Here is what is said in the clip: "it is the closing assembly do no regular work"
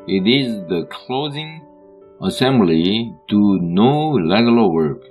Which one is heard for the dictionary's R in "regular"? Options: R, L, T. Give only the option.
L